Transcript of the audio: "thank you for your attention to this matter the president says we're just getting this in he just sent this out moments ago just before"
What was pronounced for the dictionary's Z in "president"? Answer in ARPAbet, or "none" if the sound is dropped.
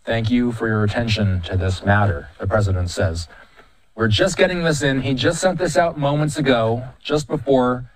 Z